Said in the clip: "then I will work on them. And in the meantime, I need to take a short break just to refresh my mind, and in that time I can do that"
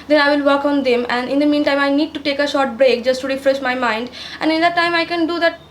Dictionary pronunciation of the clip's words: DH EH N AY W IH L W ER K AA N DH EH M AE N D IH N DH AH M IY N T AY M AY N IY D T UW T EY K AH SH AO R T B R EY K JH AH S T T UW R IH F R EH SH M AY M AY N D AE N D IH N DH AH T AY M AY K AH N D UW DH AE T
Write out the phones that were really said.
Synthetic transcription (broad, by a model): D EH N AY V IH L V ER K AA N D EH M AE N D IH N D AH M IY N T AY M AY N IY D T UW T EY K AH SH AO R T B R EY K JH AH S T T UW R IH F R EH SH M AY M AY N D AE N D IH N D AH T AY M AY K AH N D UW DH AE T